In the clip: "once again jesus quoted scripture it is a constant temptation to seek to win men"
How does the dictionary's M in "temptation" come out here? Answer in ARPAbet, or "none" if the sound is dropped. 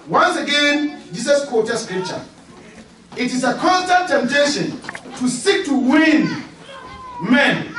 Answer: M